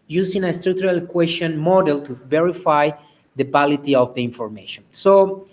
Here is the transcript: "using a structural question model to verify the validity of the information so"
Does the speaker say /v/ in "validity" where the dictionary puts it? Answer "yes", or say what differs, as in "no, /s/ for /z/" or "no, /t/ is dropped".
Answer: no, /b/ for /v/